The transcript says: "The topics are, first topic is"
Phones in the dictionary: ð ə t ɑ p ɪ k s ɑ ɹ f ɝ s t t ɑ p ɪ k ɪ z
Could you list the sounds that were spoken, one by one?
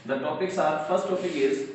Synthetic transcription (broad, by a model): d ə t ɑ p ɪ k s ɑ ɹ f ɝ s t t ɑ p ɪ ɪ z